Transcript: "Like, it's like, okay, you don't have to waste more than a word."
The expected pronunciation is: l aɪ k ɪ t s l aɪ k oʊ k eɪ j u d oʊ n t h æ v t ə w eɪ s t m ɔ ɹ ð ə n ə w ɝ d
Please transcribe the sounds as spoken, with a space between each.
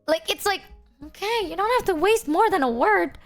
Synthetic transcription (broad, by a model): l aɪ k ɪ t s l aɪ k oʊ k eɪ j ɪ d oʊ n t h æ f t ə w eɪ s t m ɔ ɹ ð ə n ə w ɝ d